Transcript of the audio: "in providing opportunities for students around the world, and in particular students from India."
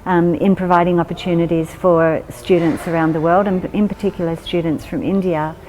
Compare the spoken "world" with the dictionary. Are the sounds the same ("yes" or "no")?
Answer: yes